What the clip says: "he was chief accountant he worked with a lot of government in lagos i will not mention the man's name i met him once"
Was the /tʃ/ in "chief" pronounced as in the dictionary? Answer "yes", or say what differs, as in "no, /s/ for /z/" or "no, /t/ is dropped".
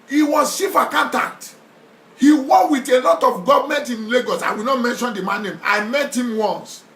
no, /ʃ/ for /tʃ/